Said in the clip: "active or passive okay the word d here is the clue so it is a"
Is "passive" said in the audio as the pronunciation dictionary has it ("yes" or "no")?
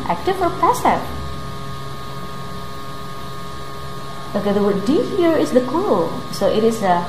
no